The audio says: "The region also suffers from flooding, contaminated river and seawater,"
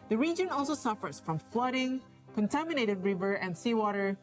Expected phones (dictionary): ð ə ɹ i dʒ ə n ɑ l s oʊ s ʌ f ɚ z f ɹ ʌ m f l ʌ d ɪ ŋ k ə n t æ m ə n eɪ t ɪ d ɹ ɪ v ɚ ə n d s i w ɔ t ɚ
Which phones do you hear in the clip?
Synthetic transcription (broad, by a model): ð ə ɹ i dʒ ə n ɑ l s oʊ s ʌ f ɚ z f ɹ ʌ m f l ʌ d ɪ ŋ k ə n t æ m ə n eɪ t ɪ d ɹ ɪ v ɚ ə n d s i w ɔ t ɚ